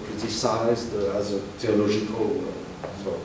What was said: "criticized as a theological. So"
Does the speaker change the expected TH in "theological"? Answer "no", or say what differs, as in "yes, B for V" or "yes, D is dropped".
yes, T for TH